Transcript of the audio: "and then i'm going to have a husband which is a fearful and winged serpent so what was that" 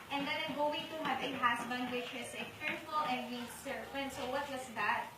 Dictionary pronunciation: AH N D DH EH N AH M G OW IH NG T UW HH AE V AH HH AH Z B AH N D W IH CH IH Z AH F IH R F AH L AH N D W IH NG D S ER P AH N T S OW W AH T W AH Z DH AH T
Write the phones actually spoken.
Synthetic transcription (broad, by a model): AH N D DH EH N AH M G OW IH NG T UW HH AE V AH HH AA S B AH N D W IH CH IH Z AH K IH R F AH L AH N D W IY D S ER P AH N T S OW W AH T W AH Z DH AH T